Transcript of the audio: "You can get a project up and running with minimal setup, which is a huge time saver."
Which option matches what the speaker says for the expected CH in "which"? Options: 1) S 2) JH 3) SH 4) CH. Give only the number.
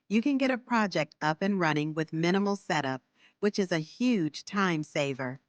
4